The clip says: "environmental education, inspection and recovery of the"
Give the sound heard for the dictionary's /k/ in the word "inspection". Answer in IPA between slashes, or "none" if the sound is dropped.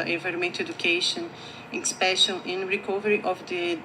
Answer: none